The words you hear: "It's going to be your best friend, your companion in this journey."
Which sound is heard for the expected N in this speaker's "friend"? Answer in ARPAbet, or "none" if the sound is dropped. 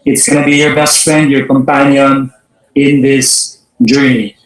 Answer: N